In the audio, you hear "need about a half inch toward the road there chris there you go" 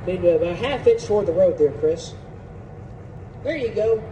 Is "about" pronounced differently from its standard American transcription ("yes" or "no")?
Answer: yes